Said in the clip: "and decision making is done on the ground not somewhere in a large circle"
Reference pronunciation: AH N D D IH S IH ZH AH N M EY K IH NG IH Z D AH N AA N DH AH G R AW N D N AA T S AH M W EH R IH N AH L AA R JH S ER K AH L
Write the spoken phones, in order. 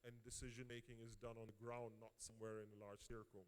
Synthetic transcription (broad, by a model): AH N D D IH S IH ZH AH N M EY K IH NG IH Z D AH N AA N DH AH G R AW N N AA T S AH M W EH R IH N AH L AA R JH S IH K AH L